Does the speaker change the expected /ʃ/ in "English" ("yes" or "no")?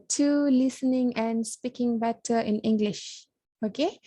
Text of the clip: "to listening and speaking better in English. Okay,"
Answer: no